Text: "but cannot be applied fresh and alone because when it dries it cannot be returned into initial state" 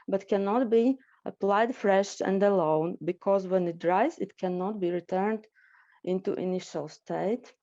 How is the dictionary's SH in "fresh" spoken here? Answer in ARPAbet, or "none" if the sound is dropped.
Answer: SH